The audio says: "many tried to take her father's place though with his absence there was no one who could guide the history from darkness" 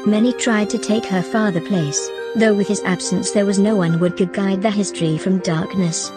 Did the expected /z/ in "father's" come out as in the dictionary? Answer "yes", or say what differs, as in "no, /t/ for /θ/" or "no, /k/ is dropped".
no, /z/ is dropped